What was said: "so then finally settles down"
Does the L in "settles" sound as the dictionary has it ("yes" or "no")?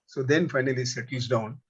no